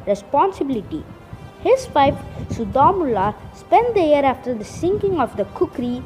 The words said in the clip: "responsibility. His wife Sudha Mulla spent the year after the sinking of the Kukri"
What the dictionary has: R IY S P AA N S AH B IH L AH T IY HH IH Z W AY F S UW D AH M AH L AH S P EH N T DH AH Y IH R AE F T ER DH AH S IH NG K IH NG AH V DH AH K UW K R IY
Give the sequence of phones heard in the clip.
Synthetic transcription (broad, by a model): R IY S P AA N S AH B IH L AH T IY HH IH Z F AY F S UW D AH M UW L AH S P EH N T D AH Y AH R AE F T ER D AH S IH NG K IH NG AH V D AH K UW K R IY